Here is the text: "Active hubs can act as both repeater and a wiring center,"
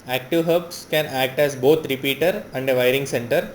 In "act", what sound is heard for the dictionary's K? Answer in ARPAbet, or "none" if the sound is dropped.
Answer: K